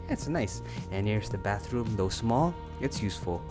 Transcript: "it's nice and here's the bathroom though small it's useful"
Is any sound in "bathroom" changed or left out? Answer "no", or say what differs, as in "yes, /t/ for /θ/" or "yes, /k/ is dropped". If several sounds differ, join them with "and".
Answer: no